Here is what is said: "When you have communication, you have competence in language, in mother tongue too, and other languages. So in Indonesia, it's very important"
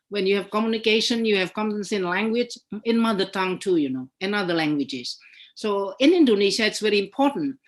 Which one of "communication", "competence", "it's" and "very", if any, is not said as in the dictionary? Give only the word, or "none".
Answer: competence